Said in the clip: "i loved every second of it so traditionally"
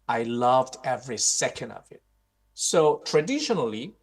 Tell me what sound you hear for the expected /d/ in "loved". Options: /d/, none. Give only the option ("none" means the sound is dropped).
/d/